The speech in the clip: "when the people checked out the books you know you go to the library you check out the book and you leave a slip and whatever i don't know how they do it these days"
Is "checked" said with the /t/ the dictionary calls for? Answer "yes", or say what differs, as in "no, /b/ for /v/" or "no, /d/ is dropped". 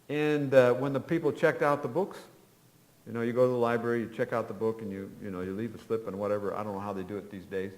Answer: yes